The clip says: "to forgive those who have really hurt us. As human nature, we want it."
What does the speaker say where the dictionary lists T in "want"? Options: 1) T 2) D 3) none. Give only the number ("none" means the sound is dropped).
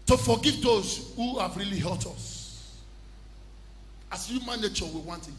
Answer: 1